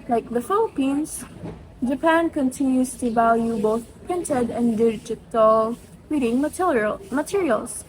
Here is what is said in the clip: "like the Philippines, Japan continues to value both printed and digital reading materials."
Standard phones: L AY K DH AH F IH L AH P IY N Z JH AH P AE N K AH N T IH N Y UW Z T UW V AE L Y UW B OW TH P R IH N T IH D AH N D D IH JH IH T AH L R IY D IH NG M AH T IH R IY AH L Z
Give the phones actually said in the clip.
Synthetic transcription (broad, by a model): L AY K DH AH F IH L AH P IY N S JH AH P AE N K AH N T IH N Y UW S T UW V AE L Y UW B OW TH P R IH N T IH D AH N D D IH JH IH T AH L R IY D IH NG M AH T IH R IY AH L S